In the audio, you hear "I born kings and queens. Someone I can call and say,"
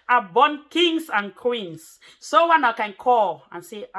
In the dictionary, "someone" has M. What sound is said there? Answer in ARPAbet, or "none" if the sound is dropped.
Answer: none